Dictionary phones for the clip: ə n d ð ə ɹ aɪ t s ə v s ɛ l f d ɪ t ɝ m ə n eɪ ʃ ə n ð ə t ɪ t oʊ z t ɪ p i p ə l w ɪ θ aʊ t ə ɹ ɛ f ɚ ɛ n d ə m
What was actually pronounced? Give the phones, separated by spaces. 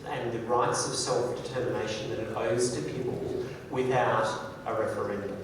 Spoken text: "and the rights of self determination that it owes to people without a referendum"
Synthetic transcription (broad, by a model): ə n ð ə ɹ aɪ t s ə v s ɛ l f d ɪ t ɝ m ə n eɪ ʃ ə n ð ə t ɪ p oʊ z t ɪ p i p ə l w ɪ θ aʊ t ə ɹ ɛ f ɚ ɛ n d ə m